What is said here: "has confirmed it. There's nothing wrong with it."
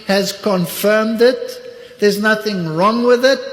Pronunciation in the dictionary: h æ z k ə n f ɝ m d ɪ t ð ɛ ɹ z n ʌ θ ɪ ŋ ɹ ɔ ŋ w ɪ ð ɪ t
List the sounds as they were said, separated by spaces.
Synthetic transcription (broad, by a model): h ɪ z k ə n f ɝ m d ɪ t ð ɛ ɹ z n ʌ θ ɪ ŋ ɹ ɔ ŋ w ɪ ð ɪ t